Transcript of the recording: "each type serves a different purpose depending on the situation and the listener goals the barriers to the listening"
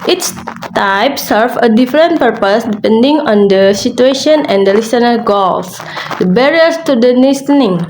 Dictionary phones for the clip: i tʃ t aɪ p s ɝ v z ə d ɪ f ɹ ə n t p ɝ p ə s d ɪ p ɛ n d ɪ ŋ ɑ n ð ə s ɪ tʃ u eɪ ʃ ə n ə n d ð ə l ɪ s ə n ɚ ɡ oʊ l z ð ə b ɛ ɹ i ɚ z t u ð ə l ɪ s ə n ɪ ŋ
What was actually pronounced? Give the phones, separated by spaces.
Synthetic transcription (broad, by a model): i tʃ t aɪ p s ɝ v ə d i f ɹ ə n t p ɝ p ə s d ɪ p ɛ n d ɪ ŋ ɑ n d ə s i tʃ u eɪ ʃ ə n ə n d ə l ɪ s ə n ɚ ɡ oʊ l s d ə b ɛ ɹ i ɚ s t u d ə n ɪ s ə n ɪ ŋ